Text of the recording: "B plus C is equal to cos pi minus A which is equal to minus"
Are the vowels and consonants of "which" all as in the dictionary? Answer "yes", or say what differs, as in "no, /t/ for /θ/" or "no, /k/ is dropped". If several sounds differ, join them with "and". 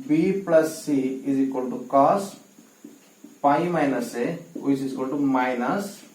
no, /tʃ/ is dropped